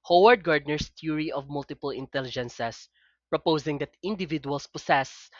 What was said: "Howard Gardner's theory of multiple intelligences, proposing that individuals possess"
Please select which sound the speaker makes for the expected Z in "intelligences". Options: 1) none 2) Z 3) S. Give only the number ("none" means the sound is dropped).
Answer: 3